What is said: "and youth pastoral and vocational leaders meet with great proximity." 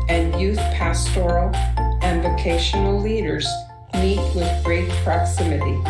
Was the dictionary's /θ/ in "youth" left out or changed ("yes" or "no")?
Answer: no